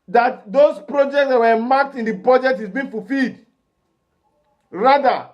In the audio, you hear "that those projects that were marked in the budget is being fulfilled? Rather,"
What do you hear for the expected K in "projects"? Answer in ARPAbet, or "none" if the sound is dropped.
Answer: K